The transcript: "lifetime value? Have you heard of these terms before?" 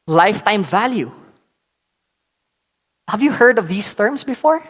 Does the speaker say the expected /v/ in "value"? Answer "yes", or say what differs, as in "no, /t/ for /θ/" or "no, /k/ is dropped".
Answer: yes